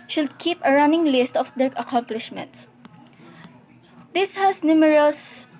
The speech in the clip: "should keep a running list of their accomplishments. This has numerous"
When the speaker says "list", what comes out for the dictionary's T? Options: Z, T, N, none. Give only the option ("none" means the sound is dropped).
T